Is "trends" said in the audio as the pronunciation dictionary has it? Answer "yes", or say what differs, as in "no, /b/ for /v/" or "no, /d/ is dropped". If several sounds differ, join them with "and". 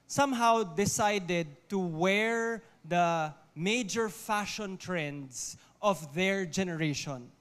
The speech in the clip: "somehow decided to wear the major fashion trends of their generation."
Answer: no, /s/ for /z/